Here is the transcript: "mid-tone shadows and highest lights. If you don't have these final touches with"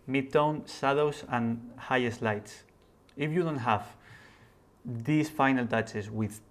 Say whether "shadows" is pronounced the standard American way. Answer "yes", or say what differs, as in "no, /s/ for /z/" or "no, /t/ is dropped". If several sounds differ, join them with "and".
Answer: no, /s/ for /ʃ/